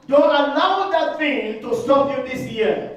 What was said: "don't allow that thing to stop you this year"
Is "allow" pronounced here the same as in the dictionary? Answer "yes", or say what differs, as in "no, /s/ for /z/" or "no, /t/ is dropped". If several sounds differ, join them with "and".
no, /n/ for /l/